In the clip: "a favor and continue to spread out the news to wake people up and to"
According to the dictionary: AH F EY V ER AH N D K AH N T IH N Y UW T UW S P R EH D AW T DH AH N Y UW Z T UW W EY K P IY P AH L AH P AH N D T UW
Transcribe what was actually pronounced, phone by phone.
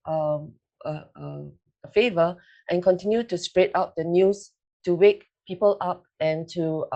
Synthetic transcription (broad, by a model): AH F EY V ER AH N K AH N T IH N Y UW T UW S P R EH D AW T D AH N Y UW S T UW W EY K P IY P AH L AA P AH N T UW